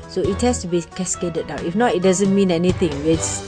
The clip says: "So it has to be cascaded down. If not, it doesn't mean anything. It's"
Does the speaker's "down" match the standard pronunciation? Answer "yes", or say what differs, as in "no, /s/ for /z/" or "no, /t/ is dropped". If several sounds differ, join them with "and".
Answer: no, /n/ is dropped